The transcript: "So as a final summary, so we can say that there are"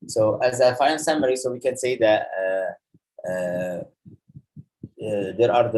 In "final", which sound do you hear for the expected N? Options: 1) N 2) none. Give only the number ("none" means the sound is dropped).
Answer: 2